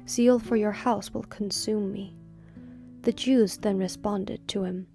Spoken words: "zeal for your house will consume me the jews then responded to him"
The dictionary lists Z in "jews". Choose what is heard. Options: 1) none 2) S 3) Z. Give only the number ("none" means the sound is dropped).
3